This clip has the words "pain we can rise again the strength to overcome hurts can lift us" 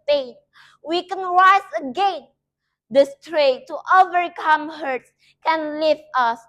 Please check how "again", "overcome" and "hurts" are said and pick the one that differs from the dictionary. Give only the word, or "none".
none